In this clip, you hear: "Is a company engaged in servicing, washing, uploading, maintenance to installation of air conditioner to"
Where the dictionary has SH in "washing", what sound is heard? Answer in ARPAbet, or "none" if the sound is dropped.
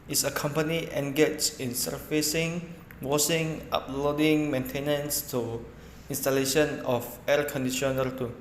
S